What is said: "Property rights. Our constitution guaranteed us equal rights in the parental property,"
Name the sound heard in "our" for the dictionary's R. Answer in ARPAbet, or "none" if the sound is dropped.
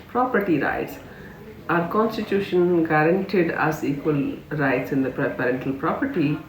R